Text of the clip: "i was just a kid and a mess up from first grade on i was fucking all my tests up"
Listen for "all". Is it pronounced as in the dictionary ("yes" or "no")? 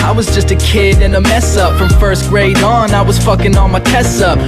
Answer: no